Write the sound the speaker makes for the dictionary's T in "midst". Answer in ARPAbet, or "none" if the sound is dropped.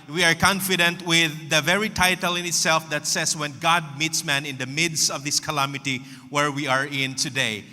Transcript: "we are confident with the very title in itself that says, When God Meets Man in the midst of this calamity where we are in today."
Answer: T